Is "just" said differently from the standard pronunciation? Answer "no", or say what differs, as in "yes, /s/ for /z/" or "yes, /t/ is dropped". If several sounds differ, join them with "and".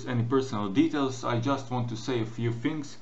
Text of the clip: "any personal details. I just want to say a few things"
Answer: no